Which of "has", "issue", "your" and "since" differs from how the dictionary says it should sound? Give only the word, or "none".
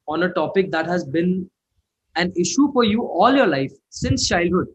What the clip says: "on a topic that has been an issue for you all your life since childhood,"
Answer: none